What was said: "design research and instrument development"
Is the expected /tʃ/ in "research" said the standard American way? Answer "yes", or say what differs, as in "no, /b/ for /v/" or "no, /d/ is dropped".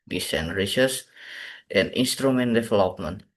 no, /s/ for /tʃ/